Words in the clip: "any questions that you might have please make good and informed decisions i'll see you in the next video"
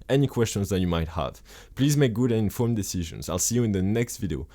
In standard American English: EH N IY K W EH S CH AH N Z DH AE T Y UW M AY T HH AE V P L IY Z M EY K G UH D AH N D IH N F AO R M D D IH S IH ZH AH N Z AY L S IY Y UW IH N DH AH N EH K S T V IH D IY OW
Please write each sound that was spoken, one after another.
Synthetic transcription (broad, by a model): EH N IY K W EH S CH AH N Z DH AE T Y UW M AY T HH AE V P L IY Z M EY K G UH D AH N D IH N F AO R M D D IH S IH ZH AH N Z AY L S IY Y UW IH N DH AH N EH K S T V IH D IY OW